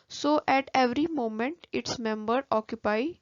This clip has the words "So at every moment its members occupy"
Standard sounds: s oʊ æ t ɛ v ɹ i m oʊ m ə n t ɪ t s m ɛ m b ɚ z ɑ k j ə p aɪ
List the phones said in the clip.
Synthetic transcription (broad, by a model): s oʊ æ t ɛ v ɹ i m oʊ m ə n t ɪ t s m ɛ m b ɚ ɑ k j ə p aɪ